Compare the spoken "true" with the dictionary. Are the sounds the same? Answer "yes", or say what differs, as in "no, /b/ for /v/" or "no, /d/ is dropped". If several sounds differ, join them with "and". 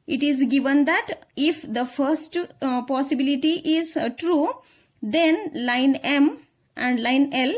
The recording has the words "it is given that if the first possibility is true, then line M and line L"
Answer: yes